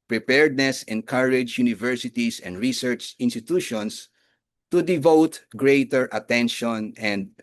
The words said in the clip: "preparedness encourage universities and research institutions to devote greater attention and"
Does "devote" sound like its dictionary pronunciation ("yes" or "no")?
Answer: yes